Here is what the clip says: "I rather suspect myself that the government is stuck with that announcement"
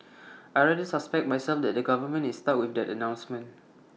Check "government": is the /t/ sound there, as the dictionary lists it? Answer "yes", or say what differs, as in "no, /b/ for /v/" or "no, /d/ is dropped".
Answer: no, /t/ is dropped